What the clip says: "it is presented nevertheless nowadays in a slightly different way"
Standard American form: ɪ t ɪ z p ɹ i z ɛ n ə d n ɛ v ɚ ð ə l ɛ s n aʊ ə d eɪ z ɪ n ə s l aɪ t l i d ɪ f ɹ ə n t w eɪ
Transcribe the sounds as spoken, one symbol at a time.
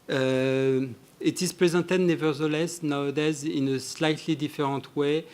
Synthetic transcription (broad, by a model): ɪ t ɪ z p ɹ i z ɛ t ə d n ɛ v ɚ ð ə l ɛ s n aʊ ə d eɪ z ɪ n ə s l aɪ t l i d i f ɹ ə t w eɪ